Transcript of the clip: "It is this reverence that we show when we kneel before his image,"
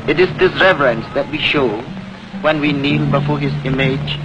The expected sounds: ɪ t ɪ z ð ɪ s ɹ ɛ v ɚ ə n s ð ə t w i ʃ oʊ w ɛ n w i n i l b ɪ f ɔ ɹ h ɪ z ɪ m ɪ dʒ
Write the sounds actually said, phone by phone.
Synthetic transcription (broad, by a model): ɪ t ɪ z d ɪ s ɹ ɛ v ɚ ə n s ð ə t w i ʃ oʊ w ɛ n w i n i l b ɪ f ɔ h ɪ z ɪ m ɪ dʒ